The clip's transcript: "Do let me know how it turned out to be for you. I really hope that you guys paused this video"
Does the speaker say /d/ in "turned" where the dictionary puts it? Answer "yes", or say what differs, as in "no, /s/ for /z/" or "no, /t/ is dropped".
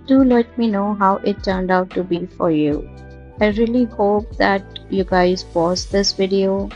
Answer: yes